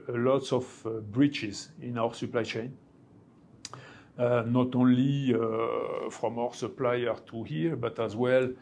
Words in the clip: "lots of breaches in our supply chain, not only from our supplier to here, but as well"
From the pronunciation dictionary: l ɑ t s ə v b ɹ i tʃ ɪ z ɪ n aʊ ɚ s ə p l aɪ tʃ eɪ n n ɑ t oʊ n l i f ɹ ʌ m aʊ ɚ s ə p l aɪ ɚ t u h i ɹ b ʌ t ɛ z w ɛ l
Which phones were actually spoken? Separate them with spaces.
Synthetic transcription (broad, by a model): l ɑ t s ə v b ɹ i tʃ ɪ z ɪ n aʊ ɚ s ə p l aɪ tʃ eɪ n n ɑ t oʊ n l i f ɹ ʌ m aʊ ɚ s ə p l aɪ ɚ t u h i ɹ b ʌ t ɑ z w ɛ l